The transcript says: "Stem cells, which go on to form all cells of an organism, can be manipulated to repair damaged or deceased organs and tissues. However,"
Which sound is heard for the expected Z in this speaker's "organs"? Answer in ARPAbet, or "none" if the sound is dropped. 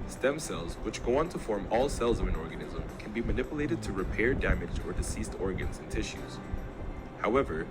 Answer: Z